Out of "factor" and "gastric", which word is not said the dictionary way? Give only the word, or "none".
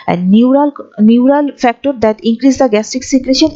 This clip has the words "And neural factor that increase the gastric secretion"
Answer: gastric